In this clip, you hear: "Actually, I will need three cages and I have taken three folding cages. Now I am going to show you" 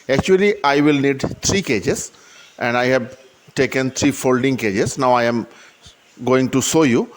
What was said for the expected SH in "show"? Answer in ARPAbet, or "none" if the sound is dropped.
S